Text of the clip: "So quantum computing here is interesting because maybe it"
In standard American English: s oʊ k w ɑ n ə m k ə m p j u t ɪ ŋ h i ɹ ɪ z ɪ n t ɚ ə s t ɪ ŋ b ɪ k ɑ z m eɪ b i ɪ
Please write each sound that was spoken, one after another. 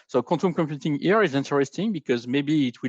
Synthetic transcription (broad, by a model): s oʊ k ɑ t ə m k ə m p j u t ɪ ŋ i ɹ ɪ z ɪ n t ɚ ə s t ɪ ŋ b ɪ k ɑ z m eɪ b i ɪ